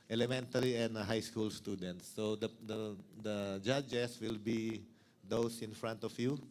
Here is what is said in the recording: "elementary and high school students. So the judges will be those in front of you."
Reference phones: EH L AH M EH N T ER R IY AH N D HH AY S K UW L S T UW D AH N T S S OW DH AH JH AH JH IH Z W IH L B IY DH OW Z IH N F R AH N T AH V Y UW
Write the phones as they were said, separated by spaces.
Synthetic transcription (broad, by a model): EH L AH M EH N T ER R IY AH N D HH AY S K UW L S T UW D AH N T S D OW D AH JH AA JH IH S W IH L B IY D OW S IH N F R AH N T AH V Y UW